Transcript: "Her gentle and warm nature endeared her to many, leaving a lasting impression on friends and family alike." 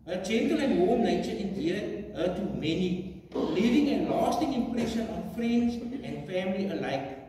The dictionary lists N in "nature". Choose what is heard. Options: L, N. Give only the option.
L